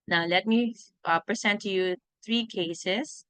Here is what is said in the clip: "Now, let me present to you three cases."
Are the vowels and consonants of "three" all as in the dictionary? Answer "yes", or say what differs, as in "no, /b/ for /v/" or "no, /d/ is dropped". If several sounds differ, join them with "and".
no, /t/ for /θ/